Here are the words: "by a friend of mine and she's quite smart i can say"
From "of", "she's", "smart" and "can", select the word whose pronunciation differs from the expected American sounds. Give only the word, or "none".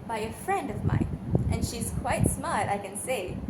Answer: none